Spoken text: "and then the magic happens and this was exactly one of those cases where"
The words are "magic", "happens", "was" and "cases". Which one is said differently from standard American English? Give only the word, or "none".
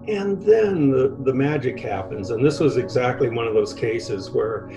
none